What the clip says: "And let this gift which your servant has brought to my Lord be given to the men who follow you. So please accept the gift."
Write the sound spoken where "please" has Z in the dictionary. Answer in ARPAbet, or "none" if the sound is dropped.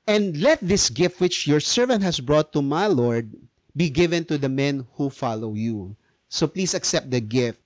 S